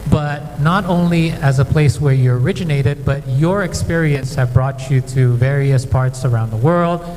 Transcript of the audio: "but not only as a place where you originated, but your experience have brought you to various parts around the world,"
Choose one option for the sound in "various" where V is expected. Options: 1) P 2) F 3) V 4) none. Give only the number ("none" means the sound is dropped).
3